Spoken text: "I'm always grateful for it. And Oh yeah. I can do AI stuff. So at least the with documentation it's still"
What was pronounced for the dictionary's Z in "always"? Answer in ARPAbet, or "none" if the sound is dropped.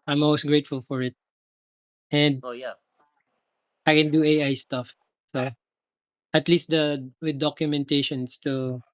S